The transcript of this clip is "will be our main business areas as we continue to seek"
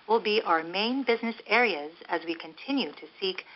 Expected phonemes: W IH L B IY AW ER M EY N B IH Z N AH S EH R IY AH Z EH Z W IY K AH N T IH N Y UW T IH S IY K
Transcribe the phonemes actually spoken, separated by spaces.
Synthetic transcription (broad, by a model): W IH L B IY AW ER M EY N B IH Z N AH S EH R IY AH Z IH Z W IY K AH N T IH N Y UW T IH S IY K